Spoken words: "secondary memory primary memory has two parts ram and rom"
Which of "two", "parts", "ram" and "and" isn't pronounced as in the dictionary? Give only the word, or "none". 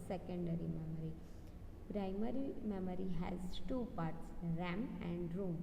none